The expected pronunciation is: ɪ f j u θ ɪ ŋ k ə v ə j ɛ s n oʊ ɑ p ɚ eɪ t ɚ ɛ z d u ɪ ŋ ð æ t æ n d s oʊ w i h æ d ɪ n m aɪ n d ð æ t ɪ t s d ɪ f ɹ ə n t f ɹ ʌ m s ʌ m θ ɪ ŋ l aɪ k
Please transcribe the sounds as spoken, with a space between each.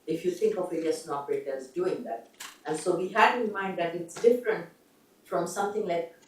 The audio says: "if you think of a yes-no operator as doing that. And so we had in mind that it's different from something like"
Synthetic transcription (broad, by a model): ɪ f j u t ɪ ŋ k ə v ə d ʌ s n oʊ ɑ p ɚ eɪ t ɚ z d u ɪ ŋ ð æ t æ n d s oʊ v i h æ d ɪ m aɪ n d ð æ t ɪ t s d ɪ f ɹ ə n t f ɹ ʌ m s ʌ m t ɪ ŋ l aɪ k